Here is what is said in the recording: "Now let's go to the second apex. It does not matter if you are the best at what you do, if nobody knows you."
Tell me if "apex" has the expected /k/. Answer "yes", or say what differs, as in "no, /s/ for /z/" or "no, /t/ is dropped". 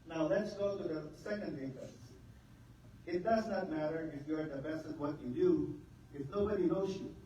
no, /k/ is dropped